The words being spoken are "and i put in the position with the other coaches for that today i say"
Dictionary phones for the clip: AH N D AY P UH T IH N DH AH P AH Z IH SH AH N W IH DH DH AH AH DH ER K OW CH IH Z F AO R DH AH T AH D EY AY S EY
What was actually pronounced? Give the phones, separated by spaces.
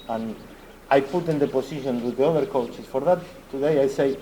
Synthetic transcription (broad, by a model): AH N AY P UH T IH N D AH P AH S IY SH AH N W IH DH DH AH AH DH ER K OW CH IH S F AO R DH AH T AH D EY AY S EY